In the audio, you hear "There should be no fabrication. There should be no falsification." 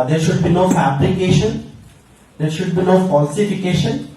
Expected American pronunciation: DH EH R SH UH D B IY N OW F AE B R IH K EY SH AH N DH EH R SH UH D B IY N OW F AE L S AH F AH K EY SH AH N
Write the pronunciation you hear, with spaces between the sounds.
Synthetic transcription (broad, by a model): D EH R SH UH D B IY N OW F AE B L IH K EY SH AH N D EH R SH UH D B IY N OW F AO L S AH F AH K EY SH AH N